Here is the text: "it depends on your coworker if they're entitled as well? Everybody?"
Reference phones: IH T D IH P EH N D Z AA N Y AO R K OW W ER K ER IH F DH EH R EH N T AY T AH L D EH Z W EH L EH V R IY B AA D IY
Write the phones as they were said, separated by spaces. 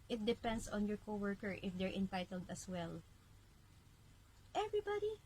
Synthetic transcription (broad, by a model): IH T D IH P EH N D S AA N Y AO R K OW W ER K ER IH F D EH R EH N T AY T AH L D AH S W EH L EH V R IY B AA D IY